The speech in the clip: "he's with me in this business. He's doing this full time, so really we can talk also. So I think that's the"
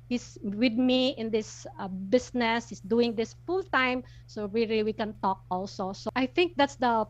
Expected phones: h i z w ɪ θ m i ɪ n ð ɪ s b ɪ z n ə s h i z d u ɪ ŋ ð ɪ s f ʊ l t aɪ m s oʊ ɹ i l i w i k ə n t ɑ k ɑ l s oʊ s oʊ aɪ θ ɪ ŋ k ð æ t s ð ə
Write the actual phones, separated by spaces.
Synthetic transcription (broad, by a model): h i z w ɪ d m i ɪ n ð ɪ s b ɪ s n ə s h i s d u ɪ ŋ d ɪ s f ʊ l t aɪ m s oʊ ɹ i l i w i k ə n t ɑ k ɑ l s oʊ s oʊ aɪ θ ɪ ŋ k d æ t s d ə